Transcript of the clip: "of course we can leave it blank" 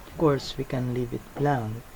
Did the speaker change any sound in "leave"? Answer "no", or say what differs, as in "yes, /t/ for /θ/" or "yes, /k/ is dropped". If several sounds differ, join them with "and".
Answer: no